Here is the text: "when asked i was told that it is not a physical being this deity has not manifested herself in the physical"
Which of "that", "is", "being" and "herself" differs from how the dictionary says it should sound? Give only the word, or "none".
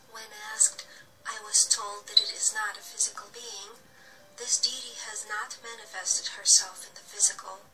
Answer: none